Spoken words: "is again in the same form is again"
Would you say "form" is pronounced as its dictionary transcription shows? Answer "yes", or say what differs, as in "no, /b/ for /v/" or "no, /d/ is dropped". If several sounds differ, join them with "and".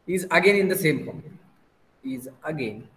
no, /p/ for /f/